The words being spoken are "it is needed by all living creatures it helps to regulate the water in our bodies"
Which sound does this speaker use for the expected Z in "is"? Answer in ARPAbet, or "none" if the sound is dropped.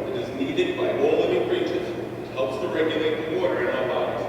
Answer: Z